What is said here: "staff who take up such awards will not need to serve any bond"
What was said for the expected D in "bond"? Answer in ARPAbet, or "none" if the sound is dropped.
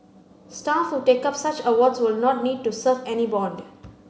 D